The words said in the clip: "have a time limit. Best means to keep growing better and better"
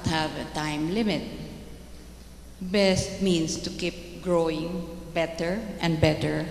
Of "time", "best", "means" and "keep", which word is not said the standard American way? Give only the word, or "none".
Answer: means